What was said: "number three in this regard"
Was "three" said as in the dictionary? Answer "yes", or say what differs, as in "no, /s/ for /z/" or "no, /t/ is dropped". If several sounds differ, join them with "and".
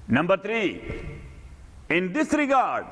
no, /t/ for /θ/